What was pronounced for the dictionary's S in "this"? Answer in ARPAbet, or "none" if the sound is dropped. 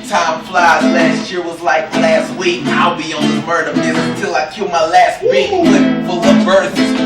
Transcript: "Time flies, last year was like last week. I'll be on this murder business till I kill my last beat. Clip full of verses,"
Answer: none